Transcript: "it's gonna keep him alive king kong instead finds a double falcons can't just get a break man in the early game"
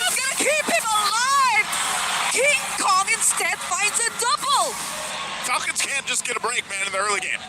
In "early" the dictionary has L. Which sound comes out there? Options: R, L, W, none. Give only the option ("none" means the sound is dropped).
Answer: L